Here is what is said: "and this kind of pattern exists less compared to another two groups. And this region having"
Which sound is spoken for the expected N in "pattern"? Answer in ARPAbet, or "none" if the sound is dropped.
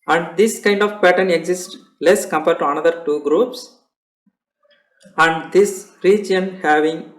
N